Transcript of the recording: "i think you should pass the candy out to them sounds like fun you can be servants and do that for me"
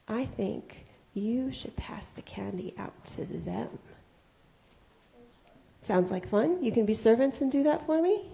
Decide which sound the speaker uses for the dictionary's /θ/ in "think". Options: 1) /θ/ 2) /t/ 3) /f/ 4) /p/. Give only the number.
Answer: 1